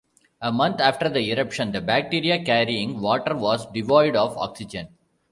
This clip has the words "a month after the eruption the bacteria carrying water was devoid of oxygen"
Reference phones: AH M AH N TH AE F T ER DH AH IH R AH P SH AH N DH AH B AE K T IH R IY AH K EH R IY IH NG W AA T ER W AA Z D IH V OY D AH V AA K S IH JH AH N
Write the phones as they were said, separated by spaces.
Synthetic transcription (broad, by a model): AH M AH N T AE F T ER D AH IH R AH P SH AH N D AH B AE K T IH R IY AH K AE R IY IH NG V AA T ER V AA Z D IH V OY D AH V AA K S IH JH AH N